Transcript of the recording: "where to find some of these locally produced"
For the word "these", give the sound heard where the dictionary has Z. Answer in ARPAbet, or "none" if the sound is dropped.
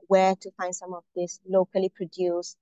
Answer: S